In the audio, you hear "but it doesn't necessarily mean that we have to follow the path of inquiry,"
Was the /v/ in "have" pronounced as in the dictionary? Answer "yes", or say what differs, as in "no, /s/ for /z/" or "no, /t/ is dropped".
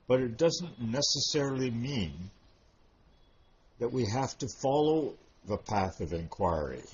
no, /f/ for /v/